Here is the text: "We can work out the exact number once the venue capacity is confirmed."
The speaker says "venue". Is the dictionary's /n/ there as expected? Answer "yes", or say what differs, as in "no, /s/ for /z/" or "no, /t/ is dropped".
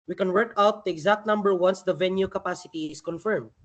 yes